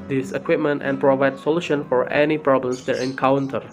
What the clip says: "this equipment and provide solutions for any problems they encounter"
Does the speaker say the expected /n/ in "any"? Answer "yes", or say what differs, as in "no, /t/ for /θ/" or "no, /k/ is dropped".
yes